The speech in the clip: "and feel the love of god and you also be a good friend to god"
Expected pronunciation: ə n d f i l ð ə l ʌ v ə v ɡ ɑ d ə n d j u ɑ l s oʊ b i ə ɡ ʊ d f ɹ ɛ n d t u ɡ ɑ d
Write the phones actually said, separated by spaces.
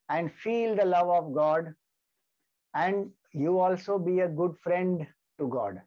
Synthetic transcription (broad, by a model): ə n d f i l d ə l ʌ v ə v ɡ ɑ d ə n d j u ɑ l s oʊ b i ə ɡ ʊ d f ɹ ɛ n d t u ɡ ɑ d